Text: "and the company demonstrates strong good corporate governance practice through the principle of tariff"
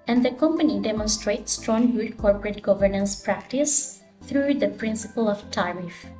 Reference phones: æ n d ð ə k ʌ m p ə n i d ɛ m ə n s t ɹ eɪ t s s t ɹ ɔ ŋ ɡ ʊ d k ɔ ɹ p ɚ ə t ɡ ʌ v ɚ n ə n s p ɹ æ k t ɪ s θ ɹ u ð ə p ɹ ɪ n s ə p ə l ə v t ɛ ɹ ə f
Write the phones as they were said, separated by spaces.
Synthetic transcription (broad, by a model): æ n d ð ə k ʌ m p ə n i d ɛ m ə n s t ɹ eɪ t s s t ɹ ɔ ŋ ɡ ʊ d k ɔ ɹ p ɚ ə t ɡ ʌ v ɚ n ə n s p ɹ æ k t ɪ s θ ɹ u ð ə p ɹ ɪ n s ə p ə l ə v t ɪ ɹ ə f